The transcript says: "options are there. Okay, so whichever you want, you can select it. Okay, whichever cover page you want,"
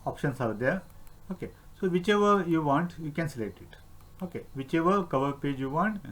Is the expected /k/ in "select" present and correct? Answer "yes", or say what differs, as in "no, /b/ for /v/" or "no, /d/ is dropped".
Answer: yes